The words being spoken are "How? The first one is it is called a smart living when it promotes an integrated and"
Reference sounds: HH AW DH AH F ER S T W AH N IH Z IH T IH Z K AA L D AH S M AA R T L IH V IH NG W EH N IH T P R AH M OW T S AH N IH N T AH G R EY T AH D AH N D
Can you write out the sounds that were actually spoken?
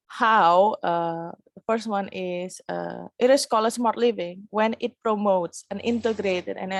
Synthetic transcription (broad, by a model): HH AW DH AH F ER S T W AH N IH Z IH T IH S K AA L AH S M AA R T L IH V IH NG W EH N IH T P R AH M OW T S AH N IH N T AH G R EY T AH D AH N